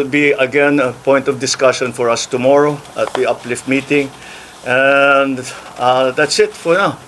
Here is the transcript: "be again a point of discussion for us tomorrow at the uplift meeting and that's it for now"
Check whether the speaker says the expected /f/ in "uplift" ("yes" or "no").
yes